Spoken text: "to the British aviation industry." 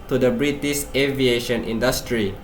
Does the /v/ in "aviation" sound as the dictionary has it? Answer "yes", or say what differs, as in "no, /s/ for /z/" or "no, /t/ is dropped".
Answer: yes